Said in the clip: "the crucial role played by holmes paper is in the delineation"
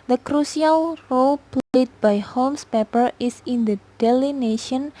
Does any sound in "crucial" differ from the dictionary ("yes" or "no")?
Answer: yes